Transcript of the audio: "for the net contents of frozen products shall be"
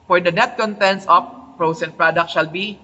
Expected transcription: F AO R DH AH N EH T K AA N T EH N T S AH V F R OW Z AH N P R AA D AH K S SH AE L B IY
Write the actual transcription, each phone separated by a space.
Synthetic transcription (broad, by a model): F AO R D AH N EH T K AA N T EH N T S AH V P R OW S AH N P R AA D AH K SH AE L B IY